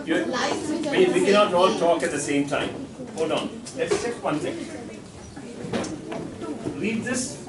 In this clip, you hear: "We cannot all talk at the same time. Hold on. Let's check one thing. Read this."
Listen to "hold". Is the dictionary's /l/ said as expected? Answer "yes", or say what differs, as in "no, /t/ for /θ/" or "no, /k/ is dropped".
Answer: no, /l/ is dropped